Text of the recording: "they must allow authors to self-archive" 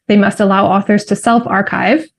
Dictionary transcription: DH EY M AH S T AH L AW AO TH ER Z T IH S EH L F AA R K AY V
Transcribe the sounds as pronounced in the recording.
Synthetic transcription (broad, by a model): DH EY M AH S T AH L AW AO TH ER Z T IH S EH L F AA R K AY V